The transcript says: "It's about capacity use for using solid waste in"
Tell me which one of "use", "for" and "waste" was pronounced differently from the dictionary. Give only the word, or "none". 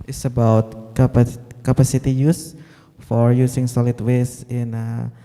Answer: waste